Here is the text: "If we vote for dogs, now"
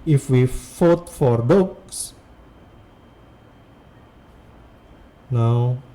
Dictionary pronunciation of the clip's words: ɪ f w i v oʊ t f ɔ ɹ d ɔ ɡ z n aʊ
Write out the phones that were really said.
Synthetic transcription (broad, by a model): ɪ f w i f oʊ t f ɔ ɹ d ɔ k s n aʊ